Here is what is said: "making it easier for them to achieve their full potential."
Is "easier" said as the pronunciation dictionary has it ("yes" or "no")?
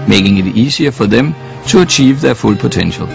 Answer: no